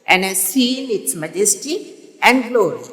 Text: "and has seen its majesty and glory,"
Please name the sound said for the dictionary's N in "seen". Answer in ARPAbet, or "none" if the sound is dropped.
L